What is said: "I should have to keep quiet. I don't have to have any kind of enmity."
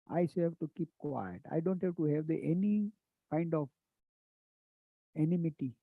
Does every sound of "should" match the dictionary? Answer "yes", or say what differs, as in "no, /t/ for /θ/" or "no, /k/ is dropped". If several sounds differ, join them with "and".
no, /s/ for /ʃ/